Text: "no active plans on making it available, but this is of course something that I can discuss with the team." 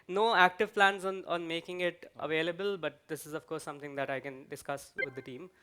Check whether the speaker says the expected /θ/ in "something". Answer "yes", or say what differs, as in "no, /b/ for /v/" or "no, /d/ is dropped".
no, /t/ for /θ/